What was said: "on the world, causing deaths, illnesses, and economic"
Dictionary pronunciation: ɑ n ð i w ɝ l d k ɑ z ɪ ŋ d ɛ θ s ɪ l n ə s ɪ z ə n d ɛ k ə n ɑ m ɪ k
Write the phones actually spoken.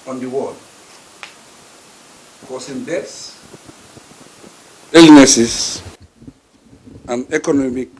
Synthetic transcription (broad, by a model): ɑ n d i w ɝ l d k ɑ s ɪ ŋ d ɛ t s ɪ l n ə s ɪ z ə n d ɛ k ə n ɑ m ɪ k